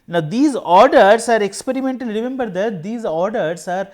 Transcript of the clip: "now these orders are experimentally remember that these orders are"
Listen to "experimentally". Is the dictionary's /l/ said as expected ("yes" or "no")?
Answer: no